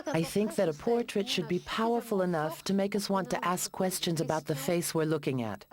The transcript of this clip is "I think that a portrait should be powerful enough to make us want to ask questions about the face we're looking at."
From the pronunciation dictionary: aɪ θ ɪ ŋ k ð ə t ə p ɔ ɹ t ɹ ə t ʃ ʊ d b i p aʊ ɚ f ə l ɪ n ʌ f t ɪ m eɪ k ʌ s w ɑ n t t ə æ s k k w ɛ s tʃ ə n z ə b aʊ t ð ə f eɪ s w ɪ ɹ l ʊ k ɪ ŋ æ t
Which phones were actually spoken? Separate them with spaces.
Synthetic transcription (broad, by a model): aɪ θ ɪ ŋ k ð ə t ə p ɔ ɹ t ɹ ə t ʃ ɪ d b i p aʊ ɚ f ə l ɪ n ʌ f t ɪ m eɪ k ʌ s w ɑ n t t æ s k k w ɛ s tʃ ə n z ə b aʊ t ð ə f eɪ s w ɪ ɹ l ʊ k ɪ ŋ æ t